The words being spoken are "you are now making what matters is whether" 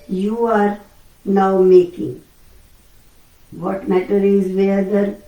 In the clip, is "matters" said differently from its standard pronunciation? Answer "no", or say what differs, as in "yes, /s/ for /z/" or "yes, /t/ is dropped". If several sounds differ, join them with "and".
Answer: yes, /z/ is dropped